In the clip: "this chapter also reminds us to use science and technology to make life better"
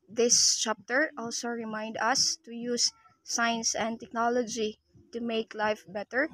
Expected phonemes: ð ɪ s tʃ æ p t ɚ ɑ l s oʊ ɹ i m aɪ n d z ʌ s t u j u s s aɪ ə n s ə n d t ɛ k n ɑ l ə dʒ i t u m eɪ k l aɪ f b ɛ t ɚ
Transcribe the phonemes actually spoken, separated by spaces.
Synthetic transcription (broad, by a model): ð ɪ s tʃ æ p t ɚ ɑ l s oʊ ɹ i m aɪ n d ʌ s t u j u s s aɪ ə n s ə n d t ɛ k n ɑ l ə dʒ i t u m eɪ k l aɪ f b ɛ t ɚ